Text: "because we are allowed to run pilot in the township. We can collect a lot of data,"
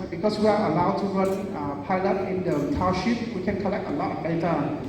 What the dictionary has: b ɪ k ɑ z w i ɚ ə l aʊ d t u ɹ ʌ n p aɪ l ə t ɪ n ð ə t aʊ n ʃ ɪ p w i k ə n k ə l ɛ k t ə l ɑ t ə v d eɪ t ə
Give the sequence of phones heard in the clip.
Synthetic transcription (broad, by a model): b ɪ k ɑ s w i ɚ ə l aʊ d t u ɹ ʌ n p aɪ l ə t ɪ n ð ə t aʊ ʃ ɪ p w i k ə n k ə l ɛ k t ə l ɑ t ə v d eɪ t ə